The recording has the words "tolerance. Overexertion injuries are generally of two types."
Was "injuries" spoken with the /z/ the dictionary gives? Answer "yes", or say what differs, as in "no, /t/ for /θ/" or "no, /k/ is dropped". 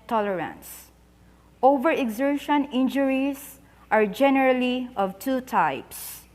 no, /s/ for /z/